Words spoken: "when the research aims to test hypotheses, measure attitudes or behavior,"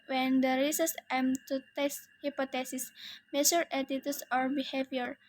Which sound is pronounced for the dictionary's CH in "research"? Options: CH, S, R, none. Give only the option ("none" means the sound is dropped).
S